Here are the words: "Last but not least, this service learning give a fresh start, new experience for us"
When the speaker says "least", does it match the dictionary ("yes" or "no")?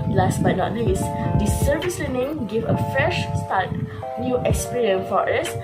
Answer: no